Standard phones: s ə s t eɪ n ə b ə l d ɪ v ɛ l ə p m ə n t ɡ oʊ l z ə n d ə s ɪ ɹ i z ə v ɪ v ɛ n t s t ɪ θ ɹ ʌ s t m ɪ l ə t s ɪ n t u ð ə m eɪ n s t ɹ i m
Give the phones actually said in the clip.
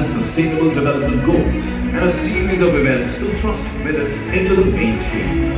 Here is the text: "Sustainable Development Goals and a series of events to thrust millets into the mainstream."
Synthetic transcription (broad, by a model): s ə s t eɪ n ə b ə l d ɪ v ɛ l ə p m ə n ɡ oʊ l z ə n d ə s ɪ ɹ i z ə v ɪ v ɛ n t s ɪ t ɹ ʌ s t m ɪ n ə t s ɪ n t u ð ə m eɪ n s t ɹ i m